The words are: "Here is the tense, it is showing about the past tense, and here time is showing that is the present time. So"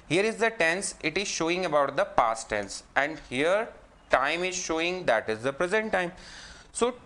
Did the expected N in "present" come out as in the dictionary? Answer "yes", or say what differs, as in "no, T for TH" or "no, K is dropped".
yes